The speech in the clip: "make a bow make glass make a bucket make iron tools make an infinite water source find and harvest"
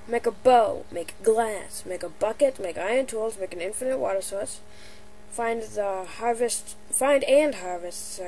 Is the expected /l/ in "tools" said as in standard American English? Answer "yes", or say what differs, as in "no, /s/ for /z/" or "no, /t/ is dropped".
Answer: yes